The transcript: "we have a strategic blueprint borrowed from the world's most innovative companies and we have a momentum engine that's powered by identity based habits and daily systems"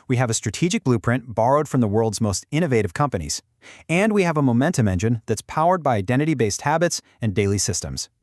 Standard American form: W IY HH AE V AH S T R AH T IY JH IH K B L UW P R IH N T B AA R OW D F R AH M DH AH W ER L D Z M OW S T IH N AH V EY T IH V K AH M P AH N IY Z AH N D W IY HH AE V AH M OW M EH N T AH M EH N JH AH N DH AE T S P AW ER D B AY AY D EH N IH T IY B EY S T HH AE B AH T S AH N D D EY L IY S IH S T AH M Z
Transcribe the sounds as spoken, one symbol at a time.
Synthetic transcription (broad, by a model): W IY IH V AH S T R AH T IY JH IH K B L UW P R IH N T B AA R OW D F R AH M DH AH W ER L D Z M OW S T IH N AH V EY T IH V K AH M P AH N IY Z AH N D W IY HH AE V AH M OW M EH N T AH M EH N JH AH N DH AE T S P AW ER D B AY AY D EH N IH T IY B EY S T HH AE B AH T S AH N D D EY L IY S IH S T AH M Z